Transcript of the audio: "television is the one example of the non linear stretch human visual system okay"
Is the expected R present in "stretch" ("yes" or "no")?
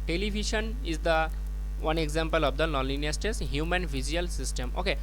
no